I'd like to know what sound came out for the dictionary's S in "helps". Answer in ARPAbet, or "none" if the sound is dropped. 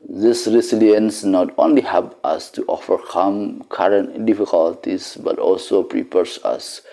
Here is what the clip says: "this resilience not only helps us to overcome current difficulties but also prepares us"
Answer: none